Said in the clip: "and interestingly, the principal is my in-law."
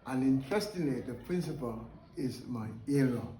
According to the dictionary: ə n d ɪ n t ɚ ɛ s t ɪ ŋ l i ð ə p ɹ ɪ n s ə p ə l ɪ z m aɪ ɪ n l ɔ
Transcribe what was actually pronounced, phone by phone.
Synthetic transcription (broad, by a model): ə n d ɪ n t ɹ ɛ s t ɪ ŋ l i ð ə p ɹ ɪ n s ə p ə l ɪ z m aɪ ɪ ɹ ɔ